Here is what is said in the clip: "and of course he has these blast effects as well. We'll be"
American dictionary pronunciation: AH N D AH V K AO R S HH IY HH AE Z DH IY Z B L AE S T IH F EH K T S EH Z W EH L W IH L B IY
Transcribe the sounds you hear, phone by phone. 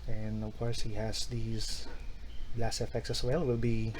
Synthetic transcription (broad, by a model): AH N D AH V K AO R S HH IY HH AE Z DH IY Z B L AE S IH F EH K T S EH S W EH L W IH L B IY